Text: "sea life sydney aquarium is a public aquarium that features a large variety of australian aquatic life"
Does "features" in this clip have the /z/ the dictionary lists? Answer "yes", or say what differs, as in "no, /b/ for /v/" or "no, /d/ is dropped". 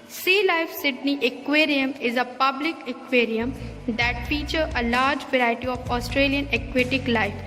no, /z/ is dropped